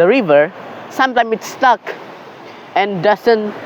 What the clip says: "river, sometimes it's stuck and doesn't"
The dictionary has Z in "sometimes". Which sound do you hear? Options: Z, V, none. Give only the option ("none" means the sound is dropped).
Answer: none